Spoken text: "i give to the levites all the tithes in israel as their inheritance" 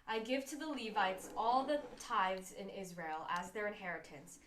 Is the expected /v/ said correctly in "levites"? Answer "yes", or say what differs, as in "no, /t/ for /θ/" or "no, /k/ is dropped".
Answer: yes